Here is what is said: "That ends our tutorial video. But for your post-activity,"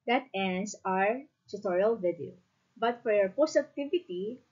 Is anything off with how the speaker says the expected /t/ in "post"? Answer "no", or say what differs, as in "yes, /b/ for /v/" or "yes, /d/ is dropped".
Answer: yes, /t/ is dropped